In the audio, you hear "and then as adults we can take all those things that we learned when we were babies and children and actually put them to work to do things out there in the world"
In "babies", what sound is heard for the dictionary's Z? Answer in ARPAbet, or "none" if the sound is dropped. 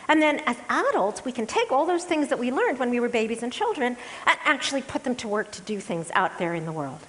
Z